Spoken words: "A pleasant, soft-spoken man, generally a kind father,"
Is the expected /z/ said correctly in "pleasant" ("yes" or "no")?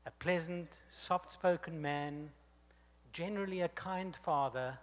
yes